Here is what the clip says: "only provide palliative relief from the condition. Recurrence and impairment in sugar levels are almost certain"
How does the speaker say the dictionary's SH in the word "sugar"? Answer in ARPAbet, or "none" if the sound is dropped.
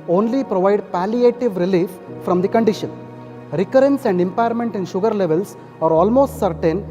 SH